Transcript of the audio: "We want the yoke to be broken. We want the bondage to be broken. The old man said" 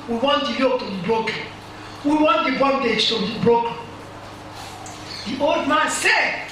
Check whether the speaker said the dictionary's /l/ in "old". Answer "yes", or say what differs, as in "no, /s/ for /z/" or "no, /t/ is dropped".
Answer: yes